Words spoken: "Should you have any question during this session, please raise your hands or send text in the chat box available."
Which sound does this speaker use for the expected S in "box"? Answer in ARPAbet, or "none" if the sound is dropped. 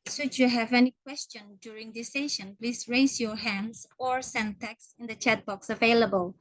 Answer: S